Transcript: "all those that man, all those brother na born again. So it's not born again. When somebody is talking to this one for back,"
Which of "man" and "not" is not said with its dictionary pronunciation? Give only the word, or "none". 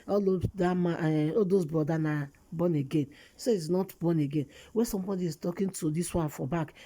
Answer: man